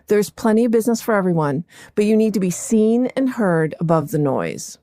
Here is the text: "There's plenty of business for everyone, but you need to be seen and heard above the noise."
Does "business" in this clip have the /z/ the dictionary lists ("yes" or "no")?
yes